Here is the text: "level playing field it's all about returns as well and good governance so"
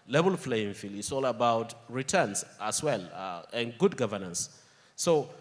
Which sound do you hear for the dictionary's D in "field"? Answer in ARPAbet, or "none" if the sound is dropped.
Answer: none